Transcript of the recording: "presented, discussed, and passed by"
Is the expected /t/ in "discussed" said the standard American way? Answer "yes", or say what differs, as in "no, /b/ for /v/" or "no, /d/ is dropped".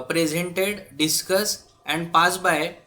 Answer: no, /t/ is dropped